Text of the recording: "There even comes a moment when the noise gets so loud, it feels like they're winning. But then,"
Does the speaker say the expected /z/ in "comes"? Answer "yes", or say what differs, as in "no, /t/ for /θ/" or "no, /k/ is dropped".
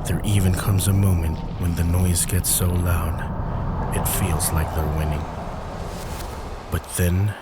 yes